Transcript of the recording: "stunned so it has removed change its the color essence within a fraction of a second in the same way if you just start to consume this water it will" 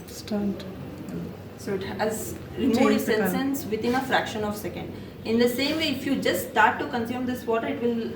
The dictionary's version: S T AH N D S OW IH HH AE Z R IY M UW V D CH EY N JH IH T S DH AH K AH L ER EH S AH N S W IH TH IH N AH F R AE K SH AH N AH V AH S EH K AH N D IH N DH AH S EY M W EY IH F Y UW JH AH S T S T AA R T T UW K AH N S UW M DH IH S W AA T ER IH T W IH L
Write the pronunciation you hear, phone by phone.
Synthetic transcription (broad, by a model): S T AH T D S OW IH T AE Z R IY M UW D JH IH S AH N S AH N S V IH T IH N AH F R AE K SH AH N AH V S EH K AH N D IH N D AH S EY M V EY IH F Y UW JH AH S S T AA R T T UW K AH N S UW M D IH S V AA T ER IH T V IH L